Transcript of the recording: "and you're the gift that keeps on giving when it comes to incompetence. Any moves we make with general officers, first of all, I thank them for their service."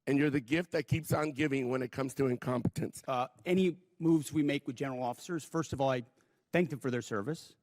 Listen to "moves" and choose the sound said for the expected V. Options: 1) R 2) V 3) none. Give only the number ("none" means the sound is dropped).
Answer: 2